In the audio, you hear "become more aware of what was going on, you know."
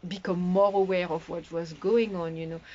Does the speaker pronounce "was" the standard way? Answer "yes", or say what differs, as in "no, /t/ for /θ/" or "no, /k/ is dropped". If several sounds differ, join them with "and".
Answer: yes